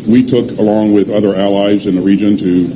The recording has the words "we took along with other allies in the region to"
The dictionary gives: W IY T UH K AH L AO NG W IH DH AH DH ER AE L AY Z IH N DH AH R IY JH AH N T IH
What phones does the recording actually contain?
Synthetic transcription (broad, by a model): W IY T UH K AH L AO NG W IH DH AH DH ER AE L AY Z IH N DH AH R IY JH AH N T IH